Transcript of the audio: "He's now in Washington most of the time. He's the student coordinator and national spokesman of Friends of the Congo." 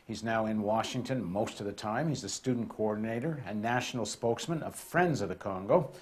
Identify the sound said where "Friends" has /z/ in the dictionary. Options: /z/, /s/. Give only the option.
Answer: /z/